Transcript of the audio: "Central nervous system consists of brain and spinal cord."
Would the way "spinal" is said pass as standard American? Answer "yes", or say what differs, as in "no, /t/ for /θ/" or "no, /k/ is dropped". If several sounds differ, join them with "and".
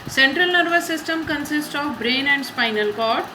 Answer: yes